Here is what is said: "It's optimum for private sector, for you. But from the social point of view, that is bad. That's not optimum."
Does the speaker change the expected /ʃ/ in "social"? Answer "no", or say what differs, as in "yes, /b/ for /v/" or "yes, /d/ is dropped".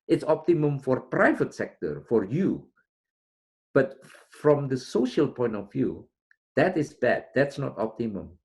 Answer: no